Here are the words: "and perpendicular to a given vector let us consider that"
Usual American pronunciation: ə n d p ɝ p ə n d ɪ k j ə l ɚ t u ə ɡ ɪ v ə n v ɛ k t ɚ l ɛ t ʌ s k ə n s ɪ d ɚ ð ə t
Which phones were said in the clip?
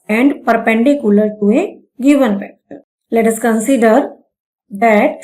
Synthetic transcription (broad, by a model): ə n d p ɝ p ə n d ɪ k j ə l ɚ t u ə ɡ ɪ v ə n p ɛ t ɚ l ɛ t ʌ s k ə n s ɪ d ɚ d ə t